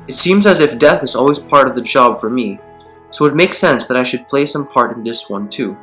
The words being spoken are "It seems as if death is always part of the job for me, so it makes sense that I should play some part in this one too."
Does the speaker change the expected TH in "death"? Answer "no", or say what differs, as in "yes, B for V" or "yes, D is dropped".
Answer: no